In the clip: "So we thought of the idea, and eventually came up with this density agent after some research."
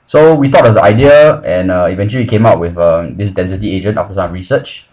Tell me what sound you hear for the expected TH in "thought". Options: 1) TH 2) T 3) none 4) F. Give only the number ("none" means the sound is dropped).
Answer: 2